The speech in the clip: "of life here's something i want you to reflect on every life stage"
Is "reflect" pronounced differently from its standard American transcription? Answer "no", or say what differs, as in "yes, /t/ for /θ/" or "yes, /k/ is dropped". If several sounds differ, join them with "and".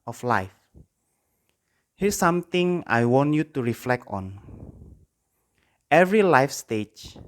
no